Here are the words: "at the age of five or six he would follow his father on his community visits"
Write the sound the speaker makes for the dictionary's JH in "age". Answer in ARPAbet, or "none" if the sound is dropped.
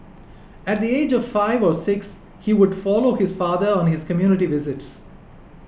JH